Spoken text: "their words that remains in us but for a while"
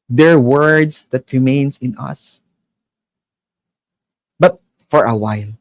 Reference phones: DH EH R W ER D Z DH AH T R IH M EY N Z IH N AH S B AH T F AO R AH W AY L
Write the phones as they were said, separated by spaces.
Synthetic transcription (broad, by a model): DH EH R W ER D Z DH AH T R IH M EY N S IH N AH S B AH T F AO R AH W AY L